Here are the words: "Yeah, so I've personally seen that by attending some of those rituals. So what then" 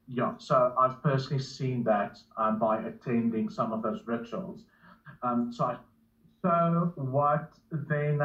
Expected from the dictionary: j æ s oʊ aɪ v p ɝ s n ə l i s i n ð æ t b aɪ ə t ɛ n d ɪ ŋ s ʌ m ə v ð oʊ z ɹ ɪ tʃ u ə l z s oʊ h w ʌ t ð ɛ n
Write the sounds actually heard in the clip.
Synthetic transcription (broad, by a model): j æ s oʊ aɪ v p ɝ s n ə l i s i n ð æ t b aɪ ə t ɛ n d ɪ ŋ s ʌ m ə v ð oʊ z ɹ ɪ tʃ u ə l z s oʊ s w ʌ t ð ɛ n